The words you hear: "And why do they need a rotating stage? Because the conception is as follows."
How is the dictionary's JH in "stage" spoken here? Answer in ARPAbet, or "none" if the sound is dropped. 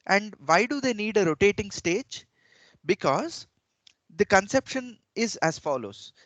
JH